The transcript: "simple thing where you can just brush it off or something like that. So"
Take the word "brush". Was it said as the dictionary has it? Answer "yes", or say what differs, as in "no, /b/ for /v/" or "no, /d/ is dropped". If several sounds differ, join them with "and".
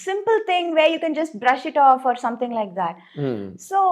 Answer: yes